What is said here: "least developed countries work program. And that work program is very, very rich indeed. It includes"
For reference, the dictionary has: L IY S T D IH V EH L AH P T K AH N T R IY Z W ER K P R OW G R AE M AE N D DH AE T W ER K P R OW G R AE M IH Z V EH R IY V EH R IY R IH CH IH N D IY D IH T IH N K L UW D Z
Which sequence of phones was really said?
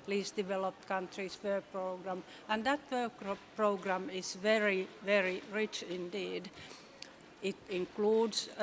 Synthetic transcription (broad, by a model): L IY S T D IH V EH L AH P T K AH N T R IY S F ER P R OW G R AE M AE N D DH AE T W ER K P R OW G R AE M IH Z V EH R IY V EH R IY R IH CH IH N D IY D IH T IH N K L UW D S